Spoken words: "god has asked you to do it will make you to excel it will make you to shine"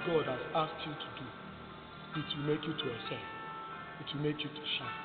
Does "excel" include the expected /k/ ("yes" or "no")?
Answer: no